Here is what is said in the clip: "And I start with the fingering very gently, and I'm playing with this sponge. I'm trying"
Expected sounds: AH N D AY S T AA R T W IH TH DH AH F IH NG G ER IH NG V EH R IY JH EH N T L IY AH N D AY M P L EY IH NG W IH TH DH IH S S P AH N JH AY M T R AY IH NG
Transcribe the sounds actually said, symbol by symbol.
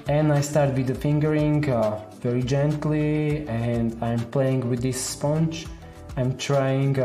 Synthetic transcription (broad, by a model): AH N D AY S T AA R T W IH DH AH F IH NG G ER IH NG V EH R IY JH EH N T L IY AH N D AY M P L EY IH NG W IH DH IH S S P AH N CH AY M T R AY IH NG